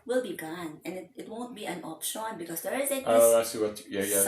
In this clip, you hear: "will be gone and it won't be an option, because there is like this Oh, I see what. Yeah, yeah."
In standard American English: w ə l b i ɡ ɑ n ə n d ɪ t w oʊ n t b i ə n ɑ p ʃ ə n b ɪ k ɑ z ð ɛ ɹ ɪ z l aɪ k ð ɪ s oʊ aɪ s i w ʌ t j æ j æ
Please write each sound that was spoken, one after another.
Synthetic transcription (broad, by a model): w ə l b i ɡ ɑ n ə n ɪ ɪ t w oʊ n t b i ə n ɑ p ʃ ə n b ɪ k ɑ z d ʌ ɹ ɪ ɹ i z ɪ oʊ aɪ s i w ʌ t j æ j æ